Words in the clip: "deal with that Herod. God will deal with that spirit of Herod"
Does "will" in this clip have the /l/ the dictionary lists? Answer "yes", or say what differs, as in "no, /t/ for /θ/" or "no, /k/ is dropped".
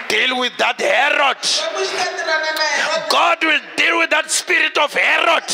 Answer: yes